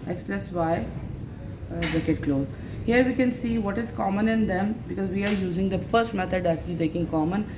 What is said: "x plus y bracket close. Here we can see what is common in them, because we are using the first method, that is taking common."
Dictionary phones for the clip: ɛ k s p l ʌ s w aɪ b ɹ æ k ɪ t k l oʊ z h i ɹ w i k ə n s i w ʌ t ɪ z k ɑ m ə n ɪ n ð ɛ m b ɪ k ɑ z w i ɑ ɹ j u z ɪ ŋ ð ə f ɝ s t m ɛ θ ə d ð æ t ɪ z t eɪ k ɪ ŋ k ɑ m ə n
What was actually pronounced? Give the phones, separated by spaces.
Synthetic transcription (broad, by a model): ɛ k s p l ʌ s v aɪ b ɪ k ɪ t k l oʊ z h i ɹ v i k ə n s i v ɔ t ɪ z k ɑ m ə n ɪ n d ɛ m b ɪ k ɑ z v i ɑ ɹ j u z ɪ ŋ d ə f ɝ s t m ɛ t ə d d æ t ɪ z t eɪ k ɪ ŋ k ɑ m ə n